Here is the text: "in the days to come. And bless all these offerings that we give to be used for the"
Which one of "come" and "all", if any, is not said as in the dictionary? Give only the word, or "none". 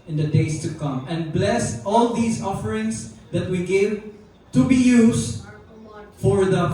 none